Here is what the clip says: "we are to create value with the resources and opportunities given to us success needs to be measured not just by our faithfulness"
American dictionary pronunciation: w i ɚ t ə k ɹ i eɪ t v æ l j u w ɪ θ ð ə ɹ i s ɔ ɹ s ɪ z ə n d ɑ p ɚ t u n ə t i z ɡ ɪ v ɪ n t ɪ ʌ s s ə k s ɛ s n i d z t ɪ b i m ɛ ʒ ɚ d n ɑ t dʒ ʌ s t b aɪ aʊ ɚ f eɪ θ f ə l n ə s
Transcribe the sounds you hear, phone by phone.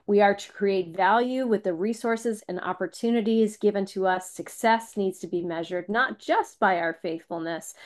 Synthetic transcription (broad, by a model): w i ɚ t ə k ɹ i eɪ t v æ l j u w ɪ ð ə ɹ i s ɔ ɹ s ɪ z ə n ɑ p ɚ t u n ə t i z ɡ ɪ v ɪ n t ɪ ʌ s s ə k s ɛ s n i d z t ɪ b i m ɛ ʒ ɚ d n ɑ t dʒ ʌ s t b aɪ aʊ ɚ f eɪ θ f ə l n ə s